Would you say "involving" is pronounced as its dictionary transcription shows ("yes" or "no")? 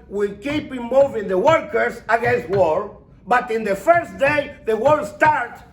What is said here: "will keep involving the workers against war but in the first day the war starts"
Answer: no